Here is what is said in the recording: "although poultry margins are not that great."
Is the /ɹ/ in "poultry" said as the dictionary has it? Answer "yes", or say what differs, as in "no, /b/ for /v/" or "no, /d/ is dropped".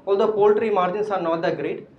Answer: yes